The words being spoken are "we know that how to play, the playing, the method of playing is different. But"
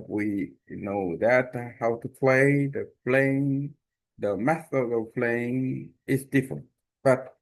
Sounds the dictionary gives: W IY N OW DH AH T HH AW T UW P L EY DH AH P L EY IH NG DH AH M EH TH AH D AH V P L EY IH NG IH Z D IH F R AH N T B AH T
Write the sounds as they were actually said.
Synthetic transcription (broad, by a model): W IY N OW DH AH T HH AW T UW P L EY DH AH P L EY IH NG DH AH M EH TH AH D AH V P L EY IH NG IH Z D IH F R AH N T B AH T